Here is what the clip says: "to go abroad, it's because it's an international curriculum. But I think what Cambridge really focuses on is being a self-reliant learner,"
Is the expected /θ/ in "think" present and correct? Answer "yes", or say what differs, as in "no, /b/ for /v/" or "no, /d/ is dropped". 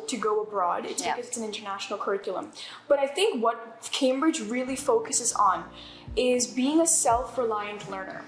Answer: yes